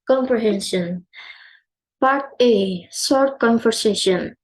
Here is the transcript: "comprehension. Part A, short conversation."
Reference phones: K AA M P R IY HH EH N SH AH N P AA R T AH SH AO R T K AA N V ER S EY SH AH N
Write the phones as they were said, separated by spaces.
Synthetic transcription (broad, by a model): K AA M P R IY HH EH N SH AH N P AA R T AH S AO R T K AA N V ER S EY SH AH N